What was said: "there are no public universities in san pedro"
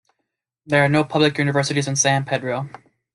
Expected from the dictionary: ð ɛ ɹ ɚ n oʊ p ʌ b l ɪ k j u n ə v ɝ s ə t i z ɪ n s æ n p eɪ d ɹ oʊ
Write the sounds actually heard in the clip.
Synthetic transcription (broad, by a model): ð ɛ ɹ n oʊ p ʌ b l ɪ k j u n ə v ɝ s ə t i z ɪ n s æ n p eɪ d ɹ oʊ